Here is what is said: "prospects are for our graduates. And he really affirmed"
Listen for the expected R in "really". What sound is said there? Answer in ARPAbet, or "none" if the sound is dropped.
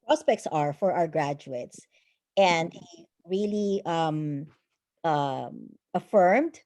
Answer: L